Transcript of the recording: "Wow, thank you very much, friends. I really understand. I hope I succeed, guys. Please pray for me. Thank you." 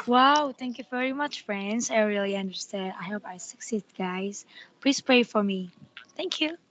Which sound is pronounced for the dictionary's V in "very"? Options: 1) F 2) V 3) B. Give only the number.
2